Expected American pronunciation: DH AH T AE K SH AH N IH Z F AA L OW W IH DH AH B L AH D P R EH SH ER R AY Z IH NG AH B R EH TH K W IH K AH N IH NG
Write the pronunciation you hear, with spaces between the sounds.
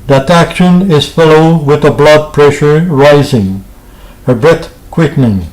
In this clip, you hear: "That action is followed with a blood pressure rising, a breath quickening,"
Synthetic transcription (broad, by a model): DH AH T AE K SH AH N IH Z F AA L OW W IH DH AH B L AH D P R EH SH ER R AY Z IH NG AH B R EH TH K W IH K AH N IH NG